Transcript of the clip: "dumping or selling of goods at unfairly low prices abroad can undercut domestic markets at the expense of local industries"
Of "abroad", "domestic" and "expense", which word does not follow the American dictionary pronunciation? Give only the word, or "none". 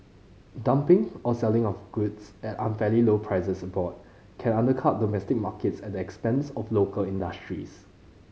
abroad